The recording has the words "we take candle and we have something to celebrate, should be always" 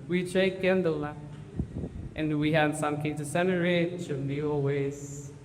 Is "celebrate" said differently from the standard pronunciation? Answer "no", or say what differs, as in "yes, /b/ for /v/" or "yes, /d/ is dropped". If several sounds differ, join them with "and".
yes, /n/ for /l/ and /b/ is dropped